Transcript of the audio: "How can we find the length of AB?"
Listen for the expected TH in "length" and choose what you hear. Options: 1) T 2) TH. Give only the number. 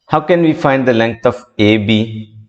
1